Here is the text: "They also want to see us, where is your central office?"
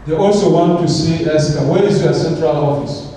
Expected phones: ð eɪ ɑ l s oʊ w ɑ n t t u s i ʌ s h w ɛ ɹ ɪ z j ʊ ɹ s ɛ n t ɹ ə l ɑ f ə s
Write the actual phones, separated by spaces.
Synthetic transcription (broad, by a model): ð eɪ ɑ l s oʊ w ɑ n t t u s i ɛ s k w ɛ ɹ ɪ z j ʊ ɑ s ɛ n t ɹ ə l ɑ f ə s